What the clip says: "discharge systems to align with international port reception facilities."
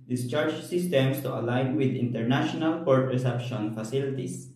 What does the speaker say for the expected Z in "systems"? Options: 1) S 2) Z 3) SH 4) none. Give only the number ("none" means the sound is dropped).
1